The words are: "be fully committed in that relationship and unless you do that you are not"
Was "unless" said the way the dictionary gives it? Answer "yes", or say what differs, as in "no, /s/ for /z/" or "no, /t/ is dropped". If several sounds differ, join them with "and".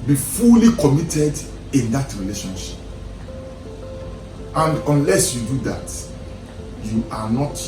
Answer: yes